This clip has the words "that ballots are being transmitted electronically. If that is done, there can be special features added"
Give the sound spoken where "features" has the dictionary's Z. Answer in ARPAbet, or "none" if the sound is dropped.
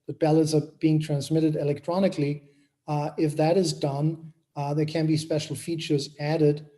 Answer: Z